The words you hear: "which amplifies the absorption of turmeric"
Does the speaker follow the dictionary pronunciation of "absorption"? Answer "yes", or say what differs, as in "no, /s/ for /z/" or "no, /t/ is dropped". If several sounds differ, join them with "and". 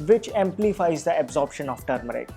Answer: yes